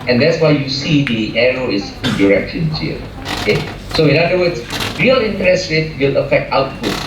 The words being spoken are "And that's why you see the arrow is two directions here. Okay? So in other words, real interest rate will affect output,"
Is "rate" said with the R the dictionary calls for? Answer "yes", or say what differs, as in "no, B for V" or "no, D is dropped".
no, W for R